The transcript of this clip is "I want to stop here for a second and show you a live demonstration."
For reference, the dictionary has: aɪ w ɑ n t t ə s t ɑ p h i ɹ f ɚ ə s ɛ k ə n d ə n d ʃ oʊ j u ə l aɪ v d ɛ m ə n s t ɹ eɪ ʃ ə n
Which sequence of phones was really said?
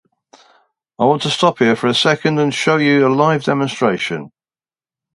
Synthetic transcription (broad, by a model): aɪ w ɑ n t t ə s t ɑ p h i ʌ f ɚ ə s ɛ k ə n d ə n ʃ oʊ j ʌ ə l aɪ v d ɛ m ə n s t ɹ eɪ ʃ ə n